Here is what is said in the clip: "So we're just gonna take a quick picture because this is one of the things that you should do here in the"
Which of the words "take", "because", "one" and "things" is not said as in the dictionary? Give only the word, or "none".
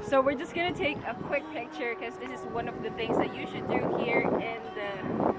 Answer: none